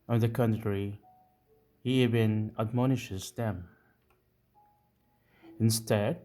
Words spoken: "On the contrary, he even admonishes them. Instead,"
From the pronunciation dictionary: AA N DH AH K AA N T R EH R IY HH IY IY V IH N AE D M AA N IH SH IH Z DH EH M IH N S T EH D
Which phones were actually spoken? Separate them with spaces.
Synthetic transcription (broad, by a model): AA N DH AH K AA N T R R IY HH IY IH B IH N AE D M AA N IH SH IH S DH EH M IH N S T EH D